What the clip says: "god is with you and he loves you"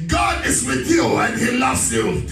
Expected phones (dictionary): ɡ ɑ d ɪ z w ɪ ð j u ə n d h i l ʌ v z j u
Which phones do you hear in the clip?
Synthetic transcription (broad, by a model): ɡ ɑ d ɪ z w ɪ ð j u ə n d h i l ʌ v z j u